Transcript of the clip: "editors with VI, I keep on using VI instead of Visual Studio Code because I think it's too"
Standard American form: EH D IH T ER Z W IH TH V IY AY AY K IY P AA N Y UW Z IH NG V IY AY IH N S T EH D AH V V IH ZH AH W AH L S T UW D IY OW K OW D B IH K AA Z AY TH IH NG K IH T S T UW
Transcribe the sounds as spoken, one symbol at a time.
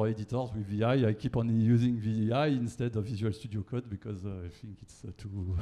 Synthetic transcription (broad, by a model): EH D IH T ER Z W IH V IY AY AY K IY P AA N Y UW Z IH NG V IY AY IH N S T EH D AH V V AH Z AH L S T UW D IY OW K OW D B IH K AA Z AY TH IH NG K IH T S T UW